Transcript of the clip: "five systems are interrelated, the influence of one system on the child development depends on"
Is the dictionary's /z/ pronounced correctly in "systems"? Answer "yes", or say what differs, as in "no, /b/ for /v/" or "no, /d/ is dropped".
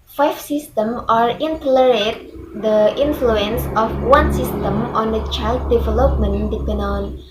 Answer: no, /z/ is dropped